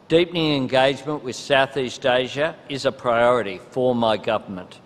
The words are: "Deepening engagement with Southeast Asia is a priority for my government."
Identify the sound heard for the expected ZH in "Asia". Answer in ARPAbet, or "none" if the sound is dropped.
ZH